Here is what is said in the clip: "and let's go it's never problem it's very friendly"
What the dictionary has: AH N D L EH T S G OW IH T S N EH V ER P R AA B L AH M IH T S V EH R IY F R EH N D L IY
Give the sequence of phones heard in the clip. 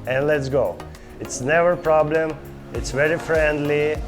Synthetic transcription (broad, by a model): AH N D L EH T S G OW IH T S N EH V ER P R AA B L AH M IH T S V EH R IY F R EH N D L IY